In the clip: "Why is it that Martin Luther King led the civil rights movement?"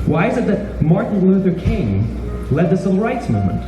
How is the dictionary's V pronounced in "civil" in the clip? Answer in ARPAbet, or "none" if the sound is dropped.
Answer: none